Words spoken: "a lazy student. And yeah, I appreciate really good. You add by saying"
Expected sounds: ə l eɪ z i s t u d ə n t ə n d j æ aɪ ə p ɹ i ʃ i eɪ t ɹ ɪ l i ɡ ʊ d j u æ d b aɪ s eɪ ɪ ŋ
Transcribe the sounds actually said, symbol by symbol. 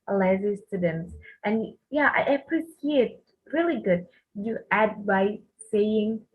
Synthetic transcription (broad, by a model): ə l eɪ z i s t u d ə n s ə n j æ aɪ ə p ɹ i s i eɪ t ɹ ɪ l i ɡ ʊ d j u æ d b aɪ s eɪ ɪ ŋ